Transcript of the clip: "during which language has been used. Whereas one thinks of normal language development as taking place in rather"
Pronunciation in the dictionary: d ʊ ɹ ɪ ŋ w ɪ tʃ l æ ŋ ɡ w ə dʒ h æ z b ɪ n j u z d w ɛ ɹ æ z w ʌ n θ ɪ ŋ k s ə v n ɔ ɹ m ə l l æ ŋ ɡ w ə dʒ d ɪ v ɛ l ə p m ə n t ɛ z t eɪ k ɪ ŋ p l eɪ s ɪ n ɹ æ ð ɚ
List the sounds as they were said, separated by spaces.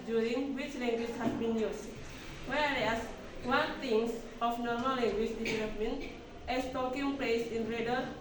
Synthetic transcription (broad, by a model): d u ɹ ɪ ŋ w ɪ tʃ l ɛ ŋ ɡ w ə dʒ h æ s b ɪ n j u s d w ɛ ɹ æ s w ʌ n t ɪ ŋ s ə f n ɔ ɹ m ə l l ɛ ŋ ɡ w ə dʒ d ɪ v ɛ l ə p m ə n t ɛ s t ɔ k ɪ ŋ p l eɪ s ɪ n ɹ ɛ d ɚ